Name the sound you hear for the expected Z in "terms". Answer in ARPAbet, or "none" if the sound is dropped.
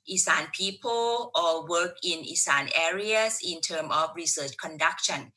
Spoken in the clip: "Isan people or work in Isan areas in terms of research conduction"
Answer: none